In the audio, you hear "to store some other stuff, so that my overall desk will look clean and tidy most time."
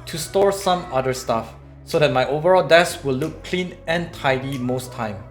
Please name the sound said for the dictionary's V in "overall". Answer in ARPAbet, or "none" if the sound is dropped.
V